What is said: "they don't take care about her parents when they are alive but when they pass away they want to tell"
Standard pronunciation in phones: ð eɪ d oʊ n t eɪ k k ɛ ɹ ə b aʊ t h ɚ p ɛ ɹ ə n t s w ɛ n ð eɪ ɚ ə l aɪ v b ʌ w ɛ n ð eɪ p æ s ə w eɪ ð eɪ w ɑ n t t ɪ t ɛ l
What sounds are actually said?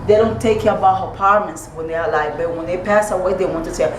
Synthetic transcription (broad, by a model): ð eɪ d oʊ n t eɪ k k ɛ ɹ ə b aʊ t h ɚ p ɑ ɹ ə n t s w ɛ n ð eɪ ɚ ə l aɪ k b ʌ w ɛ n ð eɪ p æ s ə w eɪ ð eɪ w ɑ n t t ɪ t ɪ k